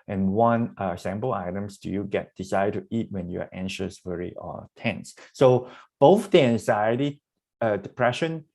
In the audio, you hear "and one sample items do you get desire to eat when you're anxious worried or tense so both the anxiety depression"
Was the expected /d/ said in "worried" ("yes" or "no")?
no